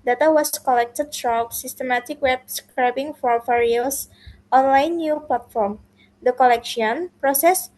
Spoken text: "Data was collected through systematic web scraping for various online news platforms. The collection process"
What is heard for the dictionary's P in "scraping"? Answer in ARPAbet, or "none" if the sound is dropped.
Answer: B